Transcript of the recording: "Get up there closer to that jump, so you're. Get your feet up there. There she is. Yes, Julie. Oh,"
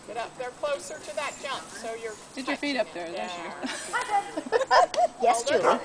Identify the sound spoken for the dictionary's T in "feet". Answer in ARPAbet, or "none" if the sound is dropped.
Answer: T